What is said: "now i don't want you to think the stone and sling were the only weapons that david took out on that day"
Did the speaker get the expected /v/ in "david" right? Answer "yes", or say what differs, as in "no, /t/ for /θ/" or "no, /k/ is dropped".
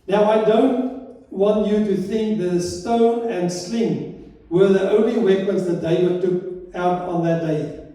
no, /w/ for /v/